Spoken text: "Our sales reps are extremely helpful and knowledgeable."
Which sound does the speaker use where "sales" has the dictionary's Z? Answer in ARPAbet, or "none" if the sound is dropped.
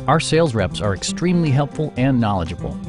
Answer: Z